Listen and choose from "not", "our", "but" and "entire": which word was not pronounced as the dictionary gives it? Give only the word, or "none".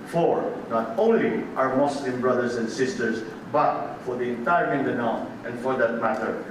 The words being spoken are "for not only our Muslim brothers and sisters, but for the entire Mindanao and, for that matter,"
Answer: our